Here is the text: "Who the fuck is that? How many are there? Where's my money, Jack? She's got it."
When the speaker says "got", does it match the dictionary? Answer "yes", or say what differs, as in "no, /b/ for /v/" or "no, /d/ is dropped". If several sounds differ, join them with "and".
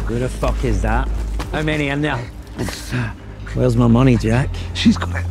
no, /t/ is dropped